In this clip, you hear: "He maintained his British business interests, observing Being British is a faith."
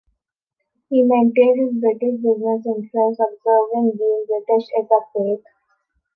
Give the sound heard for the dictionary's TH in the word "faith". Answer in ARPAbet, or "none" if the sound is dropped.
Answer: T